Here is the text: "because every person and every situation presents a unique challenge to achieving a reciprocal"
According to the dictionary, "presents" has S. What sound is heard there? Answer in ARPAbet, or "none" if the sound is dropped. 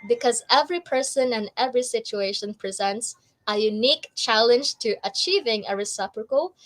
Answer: S